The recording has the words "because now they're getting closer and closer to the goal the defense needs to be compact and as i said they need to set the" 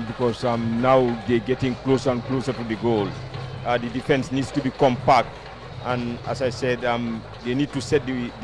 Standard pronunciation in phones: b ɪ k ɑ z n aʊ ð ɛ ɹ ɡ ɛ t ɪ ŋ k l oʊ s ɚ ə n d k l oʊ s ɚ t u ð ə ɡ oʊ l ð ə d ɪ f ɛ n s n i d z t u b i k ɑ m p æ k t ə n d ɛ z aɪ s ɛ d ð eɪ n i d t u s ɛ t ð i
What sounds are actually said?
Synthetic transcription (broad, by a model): b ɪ k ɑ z n aʊ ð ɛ ɡ ɛ t ɪ ŋ k l oʊ s ɚ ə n k l oʊ s ɚ t u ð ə ɡ oʊ l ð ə d ɪ f ɛ n s n i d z t u b i k ɑ m p æ k t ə n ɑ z aɪ s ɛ d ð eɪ n i d t u s ɛ t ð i